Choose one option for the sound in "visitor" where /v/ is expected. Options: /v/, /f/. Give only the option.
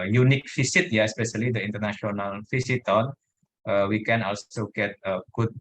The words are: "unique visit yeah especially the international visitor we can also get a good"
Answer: /f/